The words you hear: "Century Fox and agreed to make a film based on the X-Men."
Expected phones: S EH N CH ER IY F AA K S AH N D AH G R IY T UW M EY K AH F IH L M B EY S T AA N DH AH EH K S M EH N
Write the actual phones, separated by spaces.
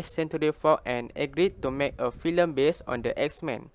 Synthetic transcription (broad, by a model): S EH N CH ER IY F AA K AH N AH G R IY T UW M EY K AH F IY L M B EY S AA N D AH EH K S M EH N